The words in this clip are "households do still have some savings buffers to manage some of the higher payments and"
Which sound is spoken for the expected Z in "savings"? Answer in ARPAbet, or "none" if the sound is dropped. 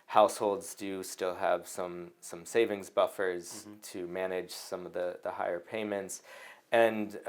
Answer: Z